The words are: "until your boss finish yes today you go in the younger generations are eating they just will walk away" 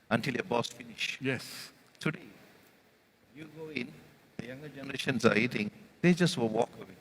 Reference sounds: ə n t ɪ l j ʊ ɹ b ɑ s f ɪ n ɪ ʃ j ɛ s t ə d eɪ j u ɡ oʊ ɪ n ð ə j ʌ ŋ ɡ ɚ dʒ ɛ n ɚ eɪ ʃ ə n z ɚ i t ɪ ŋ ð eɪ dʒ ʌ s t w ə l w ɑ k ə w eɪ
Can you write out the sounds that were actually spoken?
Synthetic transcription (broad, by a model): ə n t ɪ l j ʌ b ɑ s f ɪ n ɪ ʃ j ɛ s t ə d eɪ j u ɡ oʊ ɪ n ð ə j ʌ ŋ ɡ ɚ dʒ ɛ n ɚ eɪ ʃ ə n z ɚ i t ɪ ŋ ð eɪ dʒ ʌ s t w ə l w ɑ k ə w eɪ